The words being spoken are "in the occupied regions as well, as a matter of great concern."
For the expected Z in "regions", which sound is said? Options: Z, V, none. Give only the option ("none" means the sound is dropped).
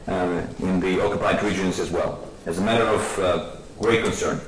Z